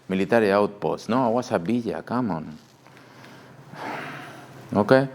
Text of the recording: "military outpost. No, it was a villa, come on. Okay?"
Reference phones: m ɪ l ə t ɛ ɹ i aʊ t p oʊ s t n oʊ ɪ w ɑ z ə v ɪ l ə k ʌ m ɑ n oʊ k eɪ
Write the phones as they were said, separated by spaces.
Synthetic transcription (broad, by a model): m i l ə t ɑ ɹ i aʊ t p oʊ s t n oʊ ɪ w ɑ s ə b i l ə k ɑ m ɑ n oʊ k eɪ